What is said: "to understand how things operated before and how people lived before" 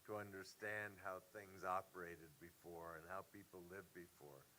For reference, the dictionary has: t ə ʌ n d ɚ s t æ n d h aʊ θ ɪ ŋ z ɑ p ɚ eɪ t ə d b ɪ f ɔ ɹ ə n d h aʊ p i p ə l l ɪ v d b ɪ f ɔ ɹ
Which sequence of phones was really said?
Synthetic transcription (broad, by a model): t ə ʌ n d ɚ s t æ n d h aʊ θ ɪ ŋ z ɑ p ɚ eɪ t ə d b ɪ f ɔ ɹ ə n h aʊ p i p l l ɪ v b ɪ f ɔ ɹ